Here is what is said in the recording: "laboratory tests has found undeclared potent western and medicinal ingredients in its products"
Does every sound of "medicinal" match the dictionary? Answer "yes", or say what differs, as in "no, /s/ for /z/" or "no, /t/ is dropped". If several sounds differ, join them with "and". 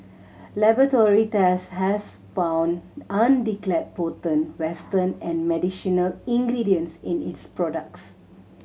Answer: no, /ʃ/ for /s/